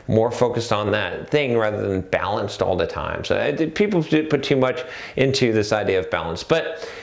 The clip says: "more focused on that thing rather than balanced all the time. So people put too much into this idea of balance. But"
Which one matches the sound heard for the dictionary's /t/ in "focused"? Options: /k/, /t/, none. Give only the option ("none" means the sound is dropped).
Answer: /t/